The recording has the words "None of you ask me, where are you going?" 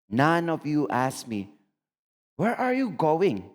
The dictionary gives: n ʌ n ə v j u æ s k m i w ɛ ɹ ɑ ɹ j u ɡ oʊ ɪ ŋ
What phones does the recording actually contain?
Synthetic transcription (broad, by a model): n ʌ n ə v j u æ s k m i w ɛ ɹ ɑ ɹ j u ɡ oʊ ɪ ŋ